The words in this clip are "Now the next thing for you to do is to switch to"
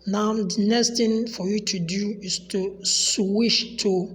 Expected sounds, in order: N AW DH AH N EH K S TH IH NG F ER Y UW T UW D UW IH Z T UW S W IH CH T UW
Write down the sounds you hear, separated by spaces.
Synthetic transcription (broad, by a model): N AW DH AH N EH K S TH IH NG F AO Y UW T UW D UW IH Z T UW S W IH SH T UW